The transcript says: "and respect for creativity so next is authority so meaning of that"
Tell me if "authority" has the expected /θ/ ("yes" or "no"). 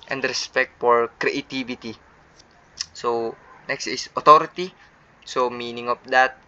no